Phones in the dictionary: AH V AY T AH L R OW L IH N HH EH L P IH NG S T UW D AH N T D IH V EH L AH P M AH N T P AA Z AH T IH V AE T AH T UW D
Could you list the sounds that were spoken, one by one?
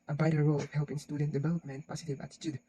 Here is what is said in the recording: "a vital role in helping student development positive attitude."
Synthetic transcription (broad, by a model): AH B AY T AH R OW L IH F HH EH L P IH NG S T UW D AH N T D IH V EH L AH P M AH N T P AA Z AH T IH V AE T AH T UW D